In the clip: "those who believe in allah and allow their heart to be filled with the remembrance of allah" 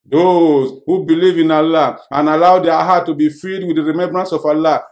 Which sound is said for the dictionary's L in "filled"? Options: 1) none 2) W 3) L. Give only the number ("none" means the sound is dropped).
1